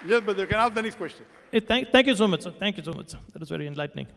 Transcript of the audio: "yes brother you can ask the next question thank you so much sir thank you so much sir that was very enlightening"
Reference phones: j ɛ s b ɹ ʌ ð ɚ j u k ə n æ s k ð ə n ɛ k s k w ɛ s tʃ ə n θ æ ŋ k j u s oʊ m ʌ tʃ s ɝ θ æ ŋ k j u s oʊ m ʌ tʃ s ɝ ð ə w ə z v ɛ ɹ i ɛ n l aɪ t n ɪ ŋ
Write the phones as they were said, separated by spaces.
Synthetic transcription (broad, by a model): j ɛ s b ʌ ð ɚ k ə n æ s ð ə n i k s k w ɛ s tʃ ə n t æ ŋ k j u s oʊ m ʌ tʃ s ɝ t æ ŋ k j u s oʊ m ʌ tʃ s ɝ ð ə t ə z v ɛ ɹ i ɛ n l aɪ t n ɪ ŋ